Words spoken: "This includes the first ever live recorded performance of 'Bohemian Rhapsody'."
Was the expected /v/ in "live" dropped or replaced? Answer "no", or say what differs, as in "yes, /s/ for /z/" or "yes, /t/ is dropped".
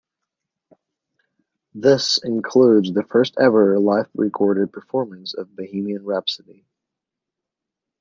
yes, /f/ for /v/